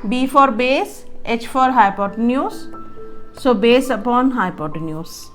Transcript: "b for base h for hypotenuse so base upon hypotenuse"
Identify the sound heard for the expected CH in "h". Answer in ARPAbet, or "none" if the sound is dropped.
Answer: CH